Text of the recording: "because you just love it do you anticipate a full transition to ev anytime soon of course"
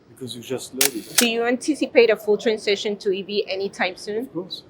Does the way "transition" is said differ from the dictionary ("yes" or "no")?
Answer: yes